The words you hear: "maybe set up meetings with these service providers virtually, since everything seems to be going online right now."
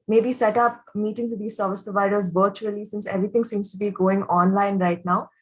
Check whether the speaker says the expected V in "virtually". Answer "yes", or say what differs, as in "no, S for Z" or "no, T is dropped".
yes